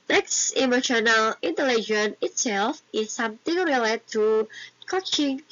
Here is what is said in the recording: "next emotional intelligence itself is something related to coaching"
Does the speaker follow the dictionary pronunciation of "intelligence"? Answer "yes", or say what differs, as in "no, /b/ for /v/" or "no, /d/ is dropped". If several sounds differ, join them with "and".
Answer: no, /s/ is dropped